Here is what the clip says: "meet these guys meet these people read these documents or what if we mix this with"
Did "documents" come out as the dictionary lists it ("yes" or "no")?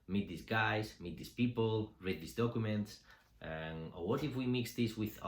yes